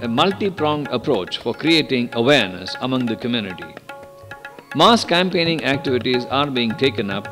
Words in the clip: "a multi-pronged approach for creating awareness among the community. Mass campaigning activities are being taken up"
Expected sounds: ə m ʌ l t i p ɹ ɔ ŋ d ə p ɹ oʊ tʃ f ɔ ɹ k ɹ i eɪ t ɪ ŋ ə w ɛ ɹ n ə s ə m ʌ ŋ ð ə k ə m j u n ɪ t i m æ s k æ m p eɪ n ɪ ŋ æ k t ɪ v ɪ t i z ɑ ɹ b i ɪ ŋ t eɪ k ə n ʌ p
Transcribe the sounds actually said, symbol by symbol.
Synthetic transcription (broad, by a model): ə m ʌ l t i p ɹ ɔ ŋ d ə p ɹ oʊ tʃ f ɔ ɹ k ɹ i eɪ t ɪ ŋ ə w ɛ ɹ n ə s ə m ʌ ŋ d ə k ə m j u n ɪ t i m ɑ s k æ m p eɪ n ɪ ŋ æ k t ɪ v ɪ t i z ɑ ɹ b i ɪ ŋ t eɪ k ə n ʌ p